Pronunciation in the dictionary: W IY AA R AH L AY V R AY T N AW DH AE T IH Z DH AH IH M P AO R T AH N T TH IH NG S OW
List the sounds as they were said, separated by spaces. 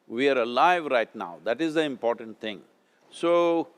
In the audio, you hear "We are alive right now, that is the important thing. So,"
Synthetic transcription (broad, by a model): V IY AA R AH L AY V R AY T N AW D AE T IH Z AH IH M P AO R T AH N T T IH NG S OW